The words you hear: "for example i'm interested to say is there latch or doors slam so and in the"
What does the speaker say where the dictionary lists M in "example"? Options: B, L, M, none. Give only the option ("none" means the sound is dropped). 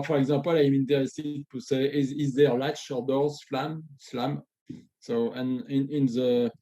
none